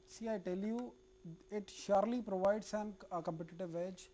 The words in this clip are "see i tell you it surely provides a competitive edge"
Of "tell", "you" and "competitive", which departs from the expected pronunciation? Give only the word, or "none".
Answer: none